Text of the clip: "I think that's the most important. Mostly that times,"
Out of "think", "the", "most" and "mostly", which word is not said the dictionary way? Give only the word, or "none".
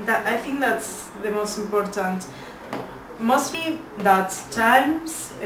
none